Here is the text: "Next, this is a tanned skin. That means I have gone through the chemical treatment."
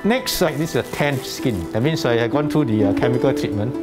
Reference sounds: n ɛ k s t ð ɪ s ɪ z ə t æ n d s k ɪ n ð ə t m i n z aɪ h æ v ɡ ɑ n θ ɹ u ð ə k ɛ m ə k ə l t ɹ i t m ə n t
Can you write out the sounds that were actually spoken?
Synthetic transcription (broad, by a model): n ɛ k s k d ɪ s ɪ s ə t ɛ n s k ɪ n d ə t m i n s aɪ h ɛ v ɡ ɑ n t ɹ u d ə k ɛ m ə k ə l t ɹ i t m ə n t